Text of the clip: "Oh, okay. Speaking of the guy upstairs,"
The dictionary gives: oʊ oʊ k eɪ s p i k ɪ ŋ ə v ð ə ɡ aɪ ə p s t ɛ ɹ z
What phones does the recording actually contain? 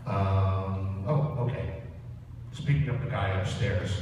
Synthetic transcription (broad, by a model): oʊ oʊ k eɪ s p i k ɪ ŋ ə p ð ə ɡ aɪ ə p s t ɛ ɹ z